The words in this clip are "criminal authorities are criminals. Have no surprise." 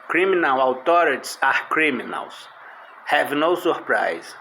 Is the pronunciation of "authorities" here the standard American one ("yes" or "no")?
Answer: no